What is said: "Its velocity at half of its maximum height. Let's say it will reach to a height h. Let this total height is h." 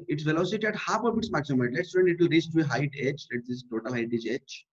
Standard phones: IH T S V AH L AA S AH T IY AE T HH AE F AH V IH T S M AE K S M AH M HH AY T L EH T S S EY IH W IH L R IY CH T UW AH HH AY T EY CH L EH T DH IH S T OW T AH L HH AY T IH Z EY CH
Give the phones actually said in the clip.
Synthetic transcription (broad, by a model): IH T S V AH L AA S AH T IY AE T HH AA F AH B IH T S M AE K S AH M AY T L EH T S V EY IH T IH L R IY S T UW AH HH AY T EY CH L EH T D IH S T OW T AH L HH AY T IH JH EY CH